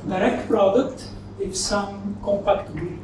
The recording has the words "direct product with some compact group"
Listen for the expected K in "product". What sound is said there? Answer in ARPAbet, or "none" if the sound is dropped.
K